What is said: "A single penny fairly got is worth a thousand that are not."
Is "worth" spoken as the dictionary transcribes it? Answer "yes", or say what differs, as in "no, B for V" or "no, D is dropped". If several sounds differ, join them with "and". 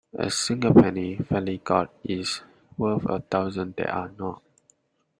no, F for TH